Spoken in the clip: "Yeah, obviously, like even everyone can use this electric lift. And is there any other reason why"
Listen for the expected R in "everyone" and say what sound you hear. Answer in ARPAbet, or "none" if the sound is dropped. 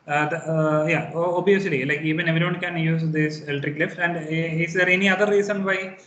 none